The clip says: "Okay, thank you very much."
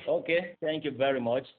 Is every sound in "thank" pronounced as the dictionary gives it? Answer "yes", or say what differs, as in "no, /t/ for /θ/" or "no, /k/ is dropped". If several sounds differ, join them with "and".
no, /t/ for /θ/